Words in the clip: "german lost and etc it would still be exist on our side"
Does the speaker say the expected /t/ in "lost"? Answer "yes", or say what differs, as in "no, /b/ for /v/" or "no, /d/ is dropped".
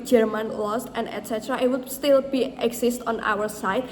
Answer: yes